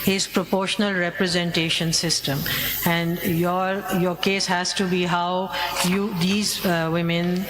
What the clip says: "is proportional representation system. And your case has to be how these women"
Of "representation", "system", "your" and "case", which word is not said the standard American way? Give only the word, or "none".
none